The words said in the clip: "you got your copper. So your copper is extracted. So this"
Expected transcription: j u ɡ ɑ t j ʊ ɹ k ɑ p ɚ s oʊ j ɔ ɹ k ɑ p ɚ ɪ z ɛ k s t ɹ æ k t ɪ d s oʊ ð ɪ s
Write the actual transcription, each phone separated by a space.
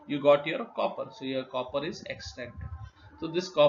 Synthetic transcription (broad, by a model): j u ɡ ɑ t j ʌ ɹ k ɑ p ɚ s oʊ j ɔ ɹ k ɑ p ɚ ɪ z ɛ k s t ɛ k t s oʊ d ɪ s